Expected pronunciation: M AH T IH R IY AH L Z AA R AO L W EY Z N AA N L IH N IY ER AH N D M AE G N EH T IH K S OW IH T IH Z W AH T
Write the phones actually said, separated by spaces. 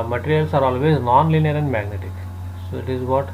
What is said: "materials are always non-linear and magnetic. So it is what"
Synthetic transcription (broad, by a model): M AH T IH R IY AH L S AA R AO L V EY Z N AA N L IH N IY ER AH N D M AE G N EH T IH K S OW IH T IH Z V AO T